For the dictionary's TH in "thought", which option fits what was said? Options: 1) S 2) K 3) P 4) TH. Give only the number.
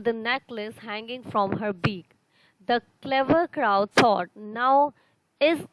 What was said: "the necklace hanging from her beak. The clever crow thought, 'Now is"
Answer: 1